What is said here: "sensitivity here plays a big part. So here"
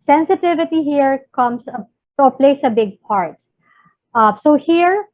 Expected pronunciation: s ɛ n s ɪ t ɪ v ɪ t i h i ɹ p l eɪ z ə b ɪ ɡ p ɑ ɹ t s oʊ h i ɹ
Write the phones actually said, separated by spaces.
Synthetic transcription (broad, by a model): s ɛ n s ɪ t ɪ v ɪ t i h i ɹ p l eɪ s ə b ɪ ɡ p ɑ ɹ t s oʊ h i ɹ